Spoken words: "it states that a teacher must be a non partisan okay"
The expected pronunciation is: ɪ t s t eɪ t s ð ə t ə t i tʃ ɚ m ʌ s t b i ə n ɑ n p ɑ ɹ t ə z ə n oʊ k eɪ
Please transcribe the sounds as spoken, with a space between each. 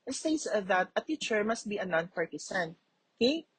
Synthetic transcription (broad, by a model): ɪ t s t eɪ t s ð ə t ə t i tʃ ɚ m ʌ s t b i ə n ɑ n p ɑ ɹ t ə s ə n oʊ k eɪ